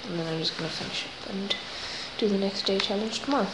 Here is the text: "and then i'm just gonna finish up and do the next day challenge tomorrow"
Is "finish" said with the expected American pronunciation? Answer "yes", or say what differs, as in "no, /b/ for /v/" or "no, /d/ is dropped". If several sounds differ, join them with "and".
yes